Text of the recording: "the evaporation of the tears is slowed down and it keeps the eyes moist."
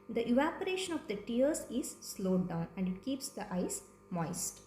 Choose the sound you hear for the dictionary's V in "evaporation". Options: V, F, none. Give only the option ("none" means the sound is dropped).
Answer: V